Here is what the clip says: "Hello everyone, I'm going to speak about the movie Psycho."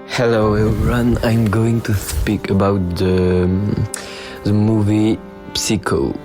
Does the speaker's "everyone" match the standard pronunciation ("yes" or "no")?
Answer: no